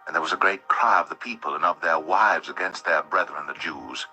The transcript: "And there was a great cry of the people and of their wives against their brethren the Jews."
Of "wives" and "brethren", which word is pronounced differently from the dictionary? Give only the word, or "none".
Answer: none